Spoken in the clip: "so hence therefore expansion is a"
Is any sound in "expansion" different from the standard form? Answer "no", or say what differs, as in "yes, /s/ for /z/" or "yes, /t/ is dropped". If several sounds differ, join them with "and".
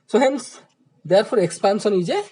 yes, /s/ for /ʃ/